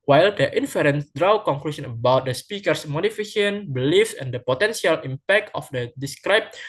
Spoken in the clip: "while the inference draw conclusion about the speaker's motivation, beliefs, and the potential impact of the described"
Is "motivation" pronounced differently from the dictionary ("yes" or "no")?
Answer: yes